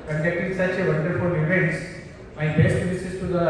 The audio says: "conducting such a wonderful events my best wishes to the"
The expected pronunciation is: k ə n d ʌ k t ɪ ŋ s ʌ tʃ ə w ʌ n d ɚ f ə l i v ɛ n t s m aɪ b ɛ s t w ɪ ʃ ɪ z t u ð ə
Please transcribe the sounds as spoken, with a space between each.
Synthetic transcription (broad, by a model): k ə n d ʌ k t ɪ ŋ s ʌ tʃ ə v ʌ n d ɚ f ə l i v ɛ n t s m aɪ b ɛ s t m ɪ s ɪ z t u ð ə